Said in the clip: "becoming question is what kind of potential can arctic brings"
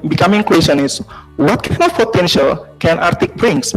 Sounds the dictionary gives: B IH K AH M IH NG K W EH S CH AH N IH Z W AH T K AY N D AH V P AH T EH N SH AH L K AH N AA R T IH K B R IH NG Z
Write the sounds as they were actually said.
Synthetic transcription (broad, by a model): B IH K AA M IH NG K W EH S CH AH N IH S W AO T K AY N AH F P AH T EH N SH AH L K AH N AA R T IH K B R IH NG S